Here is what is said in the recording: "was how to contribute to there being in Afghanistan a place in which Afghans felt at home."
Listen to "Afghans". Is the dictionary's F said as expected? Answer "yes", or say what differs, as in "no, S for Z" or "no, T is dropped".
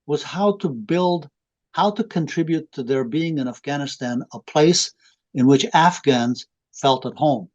yes